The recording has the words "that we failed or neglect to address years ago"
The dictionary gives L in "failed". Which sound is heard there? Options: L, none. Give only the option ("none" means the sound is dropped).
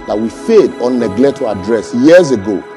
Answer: none